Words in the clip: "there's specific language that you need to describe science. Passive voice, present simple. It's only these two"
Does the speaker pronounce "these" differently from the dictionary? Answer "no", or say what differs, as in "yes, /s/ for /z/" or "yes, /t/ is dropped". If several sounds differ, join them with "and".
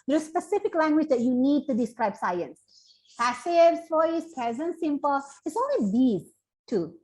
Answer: yes, /z/ is dropped